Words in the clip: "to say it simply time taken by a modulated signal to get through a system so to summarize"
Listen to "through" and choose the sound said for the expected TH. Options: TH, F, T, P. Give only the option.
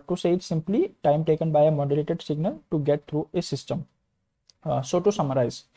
T